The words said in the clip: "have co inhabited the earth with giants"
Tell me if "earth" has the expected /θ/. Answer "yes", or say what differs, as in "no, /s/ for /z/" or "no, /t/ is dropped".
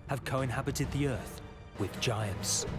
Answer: yes